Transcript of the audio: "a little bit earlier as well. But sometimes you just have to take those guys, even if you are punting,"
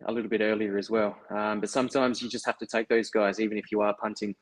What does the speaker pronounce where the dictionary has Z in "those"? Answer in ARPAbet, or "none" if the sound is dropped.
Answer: Z